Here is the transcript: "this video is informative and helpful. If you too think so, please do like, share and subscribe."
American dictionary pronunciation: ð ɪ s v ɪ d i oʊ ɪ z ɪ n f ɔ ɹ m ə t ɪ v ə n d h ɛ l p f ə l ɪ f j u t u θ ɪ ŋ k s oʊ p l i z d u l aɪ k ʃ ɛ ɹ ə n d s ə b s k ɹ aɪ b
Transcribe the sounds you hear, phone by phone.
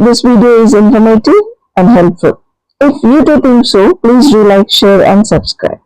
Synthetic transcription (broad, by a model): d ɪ s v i d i oʊ ɪ z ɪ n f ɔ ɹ m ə t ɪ ə n d h ɛ l p f ə l ɪ f j u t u t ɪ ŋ k s oʊ p l i z d u l aɪ k ʃ ɛ ɹ ə n d s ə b s k ɹ aɪ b